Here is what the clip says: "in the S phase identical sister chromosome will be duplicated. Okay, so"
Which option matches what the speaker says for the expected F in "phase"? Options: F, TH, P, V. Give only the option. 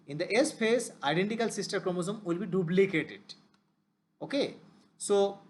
P